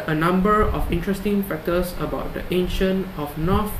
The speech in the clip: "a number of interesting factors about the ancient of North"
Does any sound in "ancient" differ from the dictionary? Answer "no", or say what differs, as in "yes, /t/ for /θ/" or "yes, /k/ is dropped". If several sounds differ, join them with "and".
yes, /t/ is dropped